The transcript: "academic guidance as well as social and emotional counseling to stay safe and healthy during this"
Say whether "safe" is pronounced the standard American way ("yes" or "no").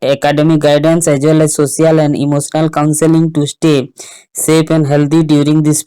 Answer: no